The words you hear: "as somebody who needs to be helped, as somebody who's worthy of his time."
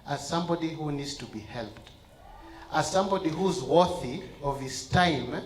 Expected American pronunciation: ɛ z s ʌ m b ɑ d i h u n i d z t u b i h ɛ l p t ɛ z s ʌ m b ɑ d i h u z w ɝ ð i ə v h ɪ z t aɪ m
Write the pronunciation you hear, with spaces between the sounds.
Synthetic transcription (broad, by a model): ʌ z s ʌ m b ɑ d i h u n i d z t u b i h ɛ l p t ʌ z s ʌ m b ɑ d i h u z w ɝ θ i ə v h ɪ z t aɪ m